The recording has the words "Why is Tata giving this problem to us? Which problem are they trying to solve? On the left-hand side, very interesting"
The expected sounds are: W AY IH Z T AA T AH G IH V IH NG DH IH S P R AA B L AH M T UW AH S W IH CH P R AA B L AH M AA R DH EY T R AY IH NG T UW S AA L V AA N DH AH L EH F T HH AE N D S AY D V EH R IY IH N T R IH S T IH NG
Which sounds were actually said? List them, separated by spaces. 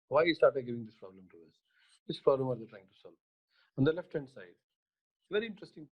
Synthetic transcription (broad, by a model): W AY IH S T AA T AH G IH V IH NG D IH S P R AA B L AH M T UW AH S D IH S P R AA B L AH M AA R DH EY T R AY IH NG T UW S AA L V AA N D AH L EH F T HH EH N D S AY D V EH R IY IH N T R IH S T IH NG